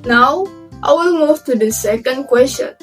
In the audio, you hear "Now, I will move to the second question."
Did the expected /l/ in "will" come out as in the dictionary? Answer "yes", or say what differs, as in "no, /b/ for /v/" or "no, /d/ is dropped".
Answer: no, /n/ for /l/